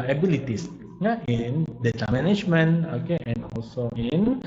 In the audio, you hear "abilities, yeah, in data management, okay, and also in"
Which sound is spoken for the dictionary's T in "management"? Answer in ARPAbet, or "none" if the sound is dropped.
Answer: none